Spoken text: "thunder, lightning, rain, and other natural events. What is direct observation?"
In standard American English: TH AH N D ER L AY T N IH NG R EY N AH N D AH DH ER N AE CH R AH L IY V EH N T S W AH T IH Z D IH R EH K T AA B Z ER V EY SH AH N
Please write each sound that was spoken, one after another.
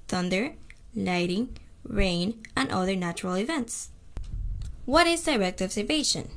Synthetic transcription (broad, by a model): TH AH N D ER L AY T IH NG R EY N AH N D AH DH ER N AE CH R AH L IY V EH N T S W AH T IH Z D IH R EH K T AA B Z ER V EY SH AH N